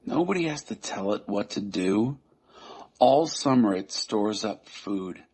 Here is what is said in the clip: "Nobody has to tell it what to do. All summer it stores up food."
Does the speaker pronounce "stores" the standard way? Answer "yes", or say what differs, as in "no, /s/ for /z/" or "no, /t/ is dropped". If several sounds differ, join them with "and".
yes